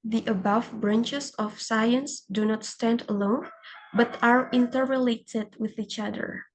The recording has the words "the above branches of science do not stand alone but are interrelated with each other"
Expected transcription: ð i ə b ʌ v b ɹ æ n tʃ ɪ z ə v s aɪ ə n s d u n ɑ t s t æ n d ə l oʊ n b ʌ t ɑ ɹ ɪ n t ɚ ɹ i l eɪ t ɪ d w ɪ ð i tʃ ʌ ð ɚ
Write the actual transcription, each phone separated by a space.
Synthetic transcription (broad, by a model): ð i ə b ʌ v b ɹ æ n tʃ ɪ s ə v s aɪ ə n s d u n ɑ t s t æ n d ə l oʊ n b ʌ t ɑ ɹ ɪ n t ɚ ɹ i l eɪ t ɪ d w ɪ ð i tʃ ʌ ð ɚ